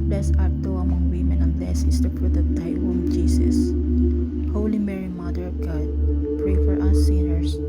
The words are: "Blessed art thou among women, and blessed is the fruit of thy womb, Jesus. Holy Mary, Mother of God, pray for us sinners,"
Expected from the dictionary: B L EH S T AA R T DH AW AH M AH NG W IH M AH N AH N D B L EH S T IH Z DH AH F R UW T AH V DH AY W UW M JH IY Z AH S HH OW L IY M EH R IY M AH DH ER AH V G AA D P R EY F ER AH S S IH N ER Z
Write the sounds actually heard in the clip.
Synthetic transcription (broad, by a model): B L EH S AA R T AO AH M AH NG W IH M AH N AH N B L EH S IH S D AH P R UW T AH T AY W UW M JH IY S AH S HH OW L IY M EH R IY M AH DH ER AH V G AA D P R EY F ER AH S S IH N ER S